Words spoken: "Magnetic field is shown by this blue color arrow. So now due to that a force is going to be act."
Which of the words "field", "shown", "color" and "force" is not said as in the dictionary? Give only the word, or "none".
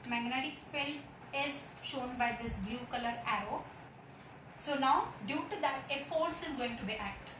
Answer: field